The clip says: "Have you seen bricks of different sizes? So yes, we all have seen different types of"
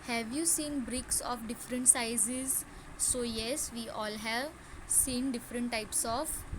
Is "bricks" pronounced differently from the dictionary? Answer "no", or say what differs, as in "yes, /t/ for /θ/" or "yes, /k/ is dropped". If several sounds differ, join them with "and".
no